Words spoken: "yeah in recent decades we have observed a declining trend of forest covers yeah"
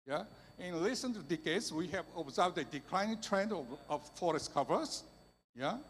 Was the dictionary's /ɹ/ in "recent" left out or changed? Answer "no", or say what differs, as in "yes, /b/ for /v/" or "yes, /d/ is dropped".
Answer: yes, /l/ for /ɹ/